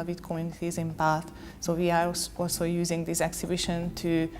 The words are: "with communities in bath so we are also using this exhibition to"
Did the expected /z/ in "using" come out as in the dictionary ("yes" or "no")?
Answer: yes